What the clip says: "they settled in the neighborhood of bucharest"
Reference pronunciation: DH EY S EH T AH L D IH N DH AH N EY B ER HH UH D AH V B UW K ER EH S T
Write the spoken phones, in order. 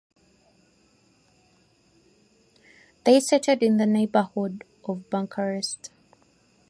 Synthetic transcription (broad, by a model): DH EY S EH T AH D IH N DH AH N EY B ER HH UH D AH V B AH K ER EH S T